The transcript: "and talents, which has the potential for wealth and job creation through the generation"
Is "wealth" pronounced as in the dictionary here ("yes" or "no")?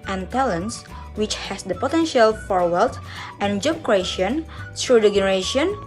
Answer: no